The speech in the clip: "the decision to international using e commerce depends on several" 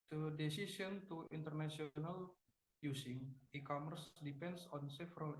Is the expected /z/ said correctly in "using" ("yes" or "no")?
no